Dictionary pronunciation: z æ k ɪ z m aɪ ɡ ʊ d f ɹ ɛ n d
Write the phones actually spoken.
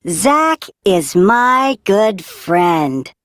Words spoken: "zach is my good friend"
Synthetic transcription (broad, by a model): z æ k ɪ z m aɪ ɡ ʊ d f ɹ ɛ n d